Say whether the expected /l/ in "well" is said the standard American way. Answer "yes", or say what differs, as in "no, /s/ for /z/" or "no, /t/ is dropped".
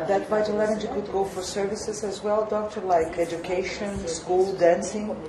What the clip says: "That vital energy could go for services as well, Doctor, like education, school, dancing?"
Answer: yes